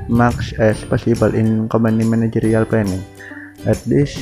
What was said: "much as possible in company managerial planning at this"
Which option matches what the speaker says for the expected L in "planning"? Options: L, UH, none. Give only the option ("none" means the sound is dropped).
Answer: none